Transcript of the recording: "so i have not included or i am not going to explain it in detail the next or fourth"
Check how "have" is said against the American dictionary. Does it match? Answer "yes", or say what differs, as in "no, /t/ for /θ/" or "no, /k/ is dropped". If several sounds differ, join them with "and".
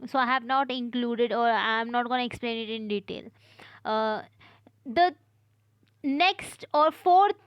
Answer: yes